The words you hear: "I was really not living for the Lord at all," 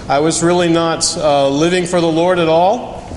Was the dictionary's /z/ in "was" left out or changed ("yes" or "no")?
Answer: no